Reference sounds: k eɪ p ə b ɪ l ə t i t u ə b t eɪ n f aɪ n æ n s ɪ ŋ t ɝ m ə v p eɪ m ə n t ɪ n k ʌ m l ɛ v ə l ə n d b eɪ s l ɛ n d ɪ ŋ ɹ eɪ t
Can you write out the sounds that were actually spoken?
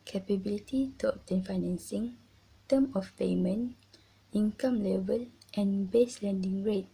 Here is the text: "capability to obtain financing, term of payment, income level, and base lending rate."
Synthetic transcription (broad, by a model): k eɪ p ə b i l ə t i t u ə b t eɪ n f aɪ n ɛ n s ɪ ŋ t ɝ m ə f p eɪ m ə n i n k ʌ m l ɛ v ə l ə n b eɪ s l ɛ n d ɪ ŋ ɹ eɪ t